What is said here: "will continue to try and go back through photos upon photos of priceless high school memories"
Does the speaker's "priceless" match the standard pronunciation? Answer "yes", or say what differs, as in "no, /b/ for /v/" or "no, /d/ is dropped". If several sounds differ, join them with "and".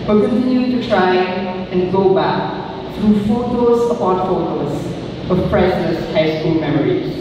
no, /l/ is dropped